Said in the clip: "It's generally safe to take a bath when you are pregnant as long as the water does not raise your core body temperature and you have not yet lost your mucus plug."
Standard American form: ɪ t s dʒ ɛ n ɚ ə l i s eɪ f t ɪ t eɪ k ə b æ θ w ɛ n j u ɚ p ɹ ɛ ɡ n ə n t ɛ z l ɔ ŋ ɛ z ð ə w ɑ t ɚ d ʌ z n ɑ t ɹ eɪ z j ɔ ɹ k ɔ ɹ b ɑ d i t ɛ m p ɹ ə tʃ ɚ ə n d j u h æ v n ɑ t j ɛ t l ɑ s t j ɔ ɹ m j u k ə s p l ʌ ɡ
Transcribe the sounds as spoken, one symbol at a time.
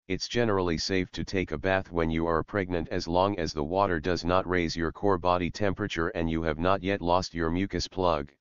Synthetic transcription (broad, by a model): ɪ t s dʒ ɛ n ɚ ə l i s eɪ f t ɪ t eɪ k ə b æ θ w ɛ n j u ɚ p ɹ ɛ ɡ n ə n t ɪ z l ɔ ŋ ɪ z ð ə w ɑ t ɚ d ʌ z n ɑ t ɹ eɪ z j ɔ ɹ k ɔ ɹ b ɑ d i t ɛ m p ɹ ə tʃ ɚ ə n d j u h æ v n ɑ t j ɛ t l ɑ s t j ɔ ɹ m j u k ə s p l ʌ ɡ